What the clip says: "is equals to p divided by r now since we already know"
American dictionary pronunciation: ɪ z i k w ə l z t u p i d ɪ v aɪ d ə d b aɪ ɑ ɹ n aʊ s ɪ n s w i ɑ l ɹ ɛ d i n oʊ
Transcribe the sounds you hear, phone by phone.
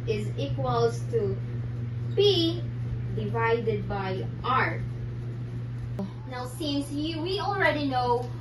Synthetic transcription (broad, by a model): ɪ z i k w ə l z t u b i d ɪ v aɪ d ə d b aɪ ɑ ɹ n aʊ s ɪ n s w i ɑ l ɹ ɛ d i n oʊ